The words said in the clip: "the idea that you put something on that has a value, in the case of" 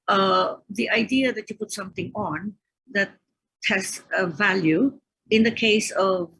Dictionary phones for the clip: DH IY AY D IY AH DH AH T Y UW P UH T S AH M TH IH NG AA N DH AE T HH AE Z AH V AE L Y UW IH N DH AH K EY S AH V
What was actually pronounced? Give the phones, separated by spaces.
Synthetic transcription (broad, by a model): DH IY AY D IY AH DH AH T Y UW P UH T S AH M T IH NG AA N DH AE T HH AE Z AH V AE L Y UW IH N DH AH K EY S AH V